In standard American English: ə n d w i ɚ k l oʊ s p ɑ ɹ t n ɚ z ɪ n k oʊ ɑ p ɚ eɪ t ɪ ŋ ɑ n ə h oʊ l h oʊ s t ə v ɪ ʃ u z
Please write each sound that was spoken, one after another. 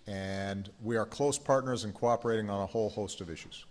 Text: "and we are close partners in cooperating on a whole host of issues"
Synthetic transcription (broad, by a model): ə n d w i ɚ k l oʊ s p ɑ ɹ t n ɚ z ɪ n k oʊ ɑ p ɚ eɪ t ɪ ŋ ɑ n ə h oʊ l h oʊ s t ə v ɪ ʃ u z